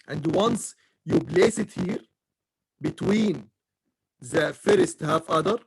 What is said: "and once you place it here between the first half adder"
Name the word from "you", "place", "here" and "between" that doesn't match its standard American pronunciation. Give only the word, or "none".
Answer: place